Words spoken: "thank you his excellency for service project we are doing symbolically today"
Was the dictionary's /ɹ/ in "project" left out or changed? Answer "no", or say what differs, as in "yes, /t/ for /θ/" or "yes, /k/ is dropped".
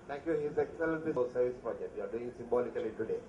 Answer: yes, /ɹ/ is dropped